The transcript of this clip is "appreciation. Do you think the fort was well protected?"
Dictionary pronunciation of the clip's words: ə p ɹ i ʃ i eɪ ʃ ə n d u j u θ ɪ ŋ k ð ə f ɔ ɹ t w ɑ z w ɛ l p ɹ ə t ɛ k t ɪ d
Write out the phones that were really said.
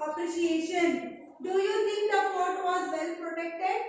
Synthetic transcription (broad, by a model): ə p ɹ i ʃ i eɪ ʃ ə n d u j u t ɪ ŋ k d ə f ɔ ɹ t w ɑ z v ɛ l p ɹ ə t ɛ k t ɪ d